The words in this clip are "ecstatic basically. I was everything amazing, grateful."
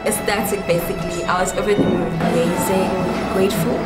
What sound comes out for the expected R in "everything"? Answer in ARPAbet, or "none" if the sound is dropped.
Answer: none